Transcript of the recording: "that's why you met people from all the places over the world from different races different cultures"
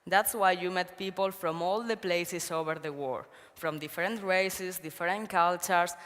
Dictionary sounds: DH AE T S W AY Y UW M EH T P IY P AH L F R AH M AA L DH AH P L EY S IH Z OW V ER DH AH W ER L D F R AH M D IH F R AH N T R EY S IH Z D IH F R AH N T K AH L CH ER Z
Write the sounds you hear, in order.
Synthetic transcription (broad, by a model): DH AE T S W AY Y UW M EH T P IY P AH L F R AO M AA L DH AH P L EY S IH S OW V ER DH AH W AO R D F R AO M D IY F R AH N T R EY S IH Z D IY F R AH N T K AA L CH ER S